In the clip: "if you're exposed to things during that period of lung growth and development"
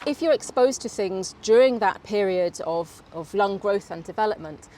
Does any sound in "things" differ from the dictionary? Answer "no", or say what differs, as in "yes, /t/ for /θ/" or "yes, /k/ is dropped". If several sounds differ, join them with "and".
no